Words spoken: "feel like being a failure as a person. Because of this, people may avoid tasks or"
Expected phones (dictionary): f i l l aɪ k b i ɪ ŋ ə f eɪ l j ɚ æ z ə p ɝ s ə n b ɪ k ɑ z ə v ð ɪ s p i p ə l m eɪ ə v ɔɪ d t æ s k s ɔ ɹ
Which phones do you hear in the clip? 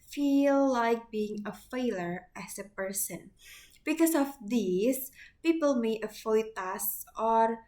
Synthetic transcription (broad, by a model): f i l l aɪ k b i ɪ ŋ ə f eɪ l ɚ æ s ə p ɝ s ə n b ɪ k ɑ s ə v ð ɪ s p i p ə l m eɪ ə f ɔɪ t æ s s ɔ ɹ